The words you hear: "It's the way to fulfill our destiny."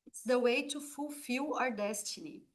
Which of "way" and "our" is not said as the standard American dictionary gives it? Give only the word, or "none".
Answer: none